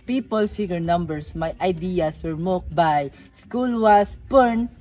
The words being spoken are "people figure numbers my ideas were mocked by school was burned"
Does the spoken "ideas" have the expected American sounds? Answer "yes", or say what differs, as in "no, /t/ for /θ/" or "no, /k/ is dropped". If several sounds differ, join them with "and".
no, /s/ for /z/